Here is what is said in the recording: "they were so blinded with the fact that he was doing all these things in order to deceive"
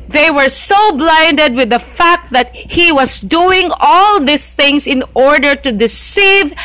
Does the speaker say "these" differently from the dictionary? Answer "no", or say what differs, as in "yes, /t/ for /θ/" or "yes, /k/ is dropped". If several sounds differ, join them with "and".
yes, /s/ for /z/